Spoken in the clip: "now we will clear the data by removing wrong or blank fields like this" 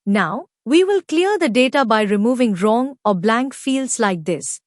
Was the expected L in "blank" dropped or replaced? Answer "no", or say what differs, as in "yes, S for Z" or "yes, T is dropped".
no